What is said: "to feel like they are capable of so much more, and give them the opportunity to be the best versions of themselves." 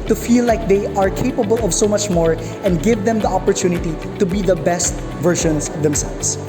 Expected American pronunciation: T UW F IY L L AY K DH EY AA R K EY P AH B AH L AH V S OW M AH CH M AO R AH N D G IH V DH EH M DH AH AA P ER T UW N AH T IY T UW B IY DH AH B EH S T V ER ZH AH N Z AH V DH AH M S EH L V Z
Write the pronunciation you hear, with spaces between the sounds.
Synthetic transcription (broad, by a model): T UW F IY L L AY K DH EY AA R K EY P AH B AH L AH V S OW M AH CH M AO R AH N D G IH V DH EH M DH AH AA P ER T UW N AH T IY T UW B IY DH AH B EH S T V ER SH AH N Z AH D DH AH M S EH L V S